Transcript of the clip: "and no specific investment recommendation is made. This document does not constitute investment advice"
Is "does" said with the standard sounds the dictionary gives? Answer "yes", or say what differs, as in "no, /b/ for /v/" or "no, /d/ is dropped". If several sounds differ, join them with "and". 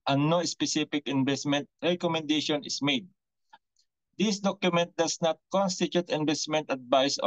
no, /s/ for /z/